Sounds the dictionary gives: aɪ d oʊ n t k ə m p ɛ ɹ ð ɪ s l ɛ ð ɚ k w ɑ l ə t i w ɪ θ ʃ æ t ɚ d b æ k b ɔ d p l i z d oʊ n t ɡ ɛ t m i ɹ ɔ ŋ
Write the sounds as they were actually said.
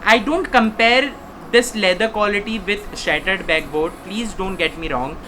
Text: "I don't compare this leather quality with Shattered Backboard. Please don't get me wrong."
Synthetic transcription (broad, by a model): aɪ d oʊ n t k ə m p ɛ ɹ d ɪ s l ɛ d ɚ k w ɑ l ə t i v ɪ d ʃ æ t ɚ d b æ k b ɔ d p l i z d oʊ n t ɡ ɛ t m i ɹ ɔ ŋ